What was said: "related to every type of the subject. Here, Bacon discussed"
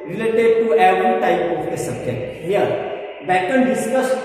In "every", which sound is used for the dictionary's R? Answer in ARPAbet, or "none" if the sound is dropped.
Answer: none